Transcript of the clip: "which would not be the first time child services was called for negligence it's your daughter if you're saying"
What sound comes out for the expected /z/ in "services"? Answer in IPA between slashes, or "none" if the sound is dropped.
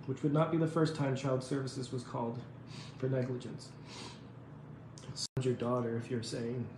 /z/